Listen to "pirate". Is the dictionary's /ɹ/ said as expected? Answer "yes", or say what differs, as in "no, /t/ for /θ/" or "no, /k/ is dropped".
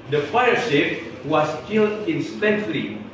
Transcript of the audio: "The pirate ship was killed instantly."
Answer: no, /ɹ/ is dropped